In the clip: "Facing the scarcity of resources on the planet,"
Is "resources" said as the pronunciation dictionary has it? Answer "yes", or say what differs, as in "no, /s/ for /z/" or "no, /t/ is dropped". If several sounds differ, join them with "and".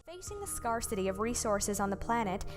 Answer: yes